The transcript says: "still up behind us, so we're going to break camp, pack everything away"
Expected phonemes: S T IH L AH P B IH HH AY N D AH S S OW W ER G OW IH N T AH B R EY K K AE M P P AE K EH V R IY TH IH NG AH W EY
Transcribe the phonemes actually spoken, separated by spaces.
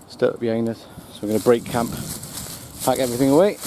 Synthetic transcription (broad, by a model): S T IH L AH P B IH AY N AH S S OW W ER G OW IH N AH B R EY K K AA M P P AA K EH V R IY TH IH NG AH W EY